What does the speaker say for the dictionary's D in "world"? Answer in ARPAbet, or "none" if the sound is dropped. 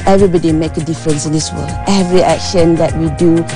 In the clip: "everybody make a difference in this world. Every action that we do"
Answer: none